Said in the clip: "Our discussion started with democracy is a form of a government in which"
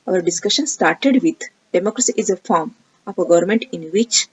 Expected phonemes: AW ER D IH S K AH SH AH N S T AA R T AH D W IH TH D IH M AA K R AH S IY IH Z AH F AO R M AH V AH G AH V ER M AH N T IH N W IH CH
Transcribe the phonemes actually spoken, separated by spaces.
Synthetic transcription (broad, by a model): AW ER D IH S K AH SH AH N S T AA R T AH D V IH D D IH M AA K R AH S IY IH Z AH F AO R M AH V AH G AH V ER M AH N T IH N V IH CH